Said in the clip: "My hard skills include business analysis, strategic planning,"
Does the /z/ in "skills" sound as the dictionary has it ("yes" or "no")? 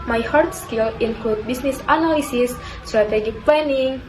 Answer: no